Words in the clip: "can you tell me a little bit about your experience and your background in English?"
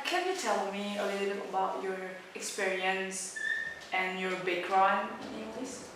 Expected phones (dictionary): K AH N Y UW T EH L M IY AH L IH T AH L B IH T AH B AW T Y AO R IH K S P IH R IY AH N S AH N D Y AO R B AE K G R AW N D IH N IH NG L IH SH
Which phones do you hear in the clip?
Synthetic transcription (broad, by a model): K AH N Y UW T EH L M IY AH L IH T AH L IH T AH B AW T Y AO R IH K S P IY R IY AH N S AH N Y AO R B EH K R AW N IH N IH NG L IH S